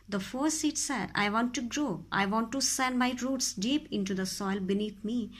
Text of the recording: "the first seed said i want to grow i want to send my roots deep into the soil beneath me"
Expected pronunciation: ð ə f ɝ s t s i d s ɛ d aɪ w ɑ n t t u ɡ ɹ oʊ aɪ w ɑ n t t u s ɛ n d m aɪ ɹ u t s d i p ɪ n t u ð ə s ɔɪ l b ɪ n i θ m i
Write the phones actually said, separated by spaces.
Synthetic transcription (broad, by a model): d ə f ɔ t s i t s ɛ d aɪ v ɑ n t t u ɡ ɹ oʊ aɪ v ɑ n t t u s ɛ n d m aɪ ɹ u t s d i p ɪ n t u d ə s ɔɪ l b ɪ n i t m i